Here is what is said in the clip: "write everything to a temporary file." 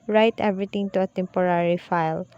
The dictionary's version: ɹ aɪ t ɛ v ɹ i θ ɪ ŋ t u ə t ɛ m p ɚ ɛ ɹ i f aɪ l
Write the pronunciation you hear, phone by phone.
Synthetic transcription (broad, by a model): ɹ aɪ t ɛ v ɹ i t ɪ ŋ t u ə t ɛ m p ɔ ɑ ɹ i f aɪ l